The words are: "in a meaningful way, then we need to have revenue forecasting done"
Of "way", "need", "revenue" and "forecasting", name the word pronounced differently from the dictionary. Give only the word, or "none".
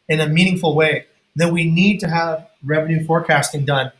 none